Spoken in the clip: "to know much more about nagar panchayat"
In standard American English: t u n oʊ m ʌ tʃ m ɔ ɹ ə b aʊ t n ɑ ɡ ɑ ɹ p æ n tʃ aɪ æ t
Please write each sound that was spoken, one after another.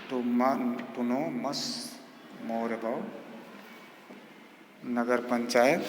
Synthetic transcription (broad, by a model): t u n oʊ m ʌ s m ɔ ɹ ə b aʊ n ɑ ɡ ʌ ɹ p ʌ n tʃ aɪ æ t